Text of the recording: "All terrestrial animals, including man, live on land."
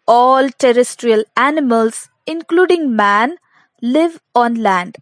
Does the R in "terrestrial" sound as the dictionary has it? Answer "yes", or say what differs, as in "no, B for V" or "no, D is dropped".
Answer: yes